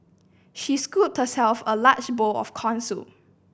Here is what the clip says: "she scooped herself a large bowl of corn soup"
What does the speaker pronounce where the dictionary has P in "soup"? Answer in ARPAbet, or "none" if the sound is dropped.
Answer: none